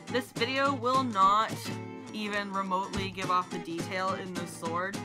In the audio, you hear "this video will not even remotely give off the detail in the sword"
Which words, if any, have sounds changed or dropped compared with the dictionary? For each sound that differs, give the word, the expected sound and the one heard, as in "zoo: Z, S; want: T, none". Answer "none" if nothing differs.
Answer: none